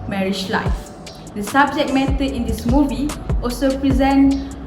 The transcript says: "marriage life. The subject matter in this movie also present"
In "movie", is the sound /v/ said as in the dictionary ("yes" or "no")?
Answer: yes